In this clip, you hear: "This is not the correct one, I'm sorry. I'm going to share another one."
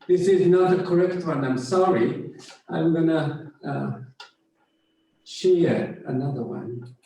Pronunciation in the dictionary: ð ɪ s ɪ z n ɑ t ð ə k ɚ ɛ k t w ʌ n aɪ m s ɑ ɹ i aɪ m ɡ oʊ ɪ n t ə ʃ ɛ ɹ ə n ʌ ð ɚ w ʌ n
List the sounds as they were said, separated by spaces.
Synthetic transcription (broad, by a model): ð ɪ s ɪ z n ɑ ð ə k ɚ ɛ k t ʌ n aɪ m s ɑ ɹ i aɪ m ɡ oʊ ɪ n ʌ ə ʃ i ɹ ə n ʌ ð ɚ w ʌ n